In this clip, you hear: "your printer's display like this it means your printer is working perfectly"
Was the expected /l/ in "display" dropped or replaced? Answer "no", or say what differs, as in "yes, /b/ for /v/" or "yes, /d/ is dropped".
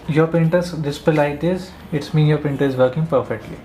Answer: yes, /l/ is dropped